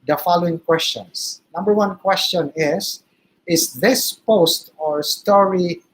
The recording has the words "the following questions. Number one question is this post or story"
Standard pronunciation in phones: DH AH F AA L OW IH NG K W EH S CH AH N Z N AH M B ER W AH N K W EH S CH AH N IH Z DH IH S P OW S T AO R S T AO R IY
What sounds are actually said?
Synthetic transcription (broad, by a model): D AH F AA L OW IH NG K W EH S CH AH N S N AH M B ER W AH N K W EH S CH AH N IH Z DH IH S P OW S T AO R S T AO R IY